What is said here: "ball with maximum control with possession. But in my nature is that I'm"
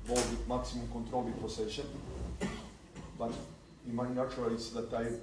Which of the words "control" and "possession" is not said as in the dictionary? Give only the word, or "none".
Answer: possession